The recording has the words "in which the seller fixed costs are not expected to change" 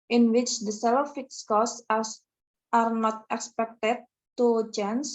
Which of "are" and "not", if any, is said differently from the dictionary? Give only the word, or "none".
none